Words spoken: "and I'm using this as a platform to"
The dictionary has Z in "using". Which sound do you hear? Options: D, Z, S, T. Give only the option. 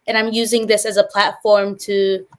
Z